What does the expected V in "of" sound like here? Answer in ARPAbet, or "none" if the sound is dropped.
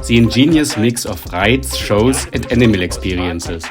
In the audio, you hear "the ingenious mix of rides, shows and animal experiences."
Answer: F